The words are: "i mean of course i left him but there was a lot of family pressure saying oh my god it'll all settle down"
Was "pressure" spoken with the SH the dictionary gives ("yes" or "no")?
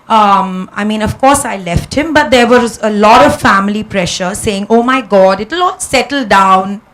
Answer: yes